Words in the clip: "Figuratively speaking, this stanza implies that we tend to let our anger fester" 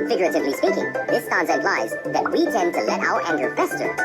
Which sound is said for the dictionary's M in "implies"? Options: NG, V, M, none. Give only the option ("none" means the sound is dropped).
none